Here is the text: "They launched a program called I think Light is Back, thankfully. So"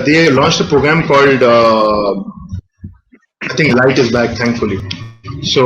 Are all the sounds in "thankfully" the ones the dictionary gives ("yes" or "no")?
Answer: no